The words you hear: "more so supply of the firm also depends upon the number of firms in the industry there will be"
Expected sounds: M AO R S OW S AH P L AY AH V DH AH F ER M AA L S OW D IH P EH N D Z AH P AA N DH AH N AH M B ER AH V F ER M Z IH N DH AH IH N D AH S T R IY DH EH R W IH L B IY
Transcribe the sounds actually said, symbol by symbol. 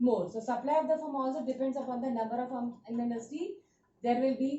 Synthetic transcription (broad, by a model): M AO R S OW S AH P L AY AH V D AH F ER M AA L S OW D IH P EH N D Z AH P AA N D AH N AH M B ER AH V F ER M IH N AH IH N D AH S T IY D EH R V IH L B IY